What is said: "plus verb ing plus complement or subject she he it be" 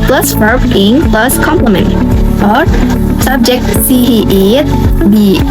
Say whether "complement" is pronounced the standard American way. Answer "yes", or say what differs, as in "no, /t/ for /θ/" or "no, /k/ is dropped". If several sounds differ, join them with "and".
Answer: yes